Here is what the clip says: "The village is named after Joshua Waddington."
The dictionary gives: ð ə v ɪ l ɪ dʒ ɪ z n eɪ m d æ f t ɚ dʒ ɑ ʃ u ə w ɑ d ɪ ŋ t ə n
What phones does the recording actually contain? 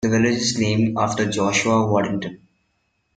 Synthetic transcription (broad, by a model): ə v ɪ l ɪ dʒ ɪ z n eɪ m ɔ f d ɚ dʒ ɑ ʃ u ə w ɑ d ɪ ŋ t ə n